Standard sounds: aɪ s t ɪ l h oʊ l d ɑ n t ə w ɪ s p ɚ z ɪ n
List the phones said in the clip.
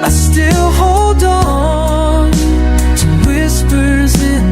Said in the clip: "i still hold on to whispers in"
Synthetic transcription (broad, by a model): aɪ s t ɪ l h oʊ l d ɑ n t ə w ɪ s p ɚ z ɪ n